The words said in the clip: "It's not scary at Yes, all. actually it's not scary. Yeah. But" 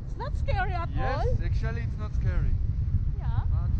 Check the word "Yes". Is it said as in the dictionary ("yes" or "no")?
no